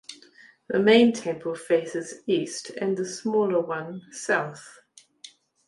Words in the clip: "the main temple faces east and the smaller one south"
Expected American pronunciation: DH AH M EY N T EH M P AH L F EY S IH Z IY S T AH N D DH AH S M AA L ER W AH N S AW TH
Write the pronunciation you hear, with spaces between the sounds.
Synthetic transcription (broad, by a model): DH AH M EY N T EH M P AH L F EY S IH Z IY S T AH N DH AH S M AA L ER W AH N S AW TH